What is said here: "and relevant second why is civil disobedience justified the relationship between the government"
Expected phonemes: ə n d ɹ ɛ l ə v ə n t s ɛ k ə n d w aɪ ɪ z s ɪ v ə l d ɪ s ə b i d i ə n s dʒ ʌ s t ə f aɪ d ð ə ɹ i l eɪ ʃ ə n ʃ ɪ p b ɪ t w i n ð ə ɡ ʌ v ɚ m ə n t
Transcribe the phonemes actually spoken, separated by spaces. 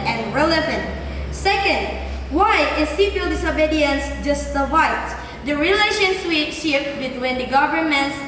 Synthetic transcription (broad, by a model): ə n ɹ ɛ l ə v ə n t s ɛ k ə n d w aɪ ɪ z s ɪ p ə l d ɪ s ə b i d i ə n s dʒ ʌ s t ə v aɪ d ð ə ɹ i l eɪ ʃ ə n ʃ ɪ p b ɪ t w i n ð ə ɡ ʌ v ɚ m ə n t